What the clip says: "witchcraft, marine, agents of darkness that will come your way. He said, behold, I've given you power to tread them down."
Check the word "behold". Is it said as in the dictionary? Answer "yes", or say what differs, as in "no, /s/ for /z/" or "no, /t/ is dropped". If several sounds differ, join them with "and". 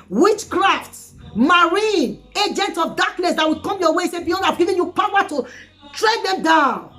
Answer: no, /n/ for /l/